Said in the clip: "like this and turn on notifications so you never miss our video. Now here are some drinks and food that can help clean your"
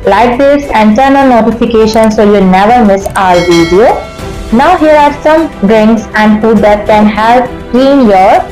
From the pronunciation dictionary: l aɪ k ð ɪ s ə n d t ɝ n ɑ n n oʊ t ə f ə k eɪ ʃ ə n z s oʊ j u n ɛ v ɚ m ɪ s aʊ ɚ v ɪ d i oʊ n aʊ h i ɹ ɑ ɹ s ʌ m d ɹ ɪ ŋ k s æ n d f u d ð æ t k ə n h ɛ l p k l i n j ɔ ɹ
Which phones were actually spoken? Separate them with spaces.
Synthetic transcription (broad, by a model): l aɪ k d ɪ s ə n t ɝ n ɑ l n oʊ t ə f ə k eɪ ʃ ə n s oʊ j u n ɛ v ɚ m ɪ s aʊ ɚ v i d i oʊ n aʊ h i ɹ ɑ ɹ s ʌ m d ɹ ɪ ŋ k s æ n d f u d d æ t k ə n h ɛ l p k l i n j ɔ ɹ